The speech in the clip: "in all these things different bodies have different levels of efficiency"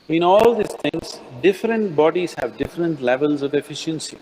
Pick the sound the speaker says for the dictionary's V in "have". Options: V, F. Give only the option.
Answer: V